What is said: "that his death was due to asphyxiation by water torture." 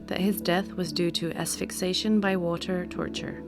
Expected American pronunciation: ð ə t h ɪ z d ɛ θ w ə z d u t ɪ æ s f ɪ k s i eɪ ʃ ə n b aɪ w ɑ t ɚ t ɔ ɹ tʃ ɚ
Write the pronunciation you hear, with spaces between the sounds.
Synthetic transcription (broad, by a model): ð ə t h ɪ z d ɛ θ w ə z d u t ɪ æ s f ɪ k s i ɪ ʃ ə n b aɪ w ɑ t ɚ t ɔ ɹ tʃ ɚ